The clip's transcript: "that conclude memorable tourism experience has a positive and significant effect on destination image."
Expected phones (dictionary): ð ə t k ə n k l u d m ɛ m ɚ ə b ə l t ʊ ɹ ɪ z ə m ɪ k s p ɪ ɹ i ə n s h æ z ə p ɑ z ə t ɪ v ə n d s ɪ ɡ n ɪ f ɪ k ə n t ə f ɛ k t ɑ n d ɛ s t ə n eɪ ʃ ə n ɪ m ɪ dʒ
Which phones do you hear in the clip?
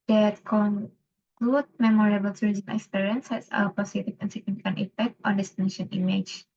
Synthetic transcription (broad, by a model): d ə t k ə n k l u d m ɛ m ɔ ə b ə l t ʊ ɹ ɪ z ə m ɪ k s p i ɹ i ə n s h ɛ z ə p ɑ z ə t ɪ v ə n s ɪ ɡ n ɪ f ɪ k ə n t ə f ɛ k t ɑ n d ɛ s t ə n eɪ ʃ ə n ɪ m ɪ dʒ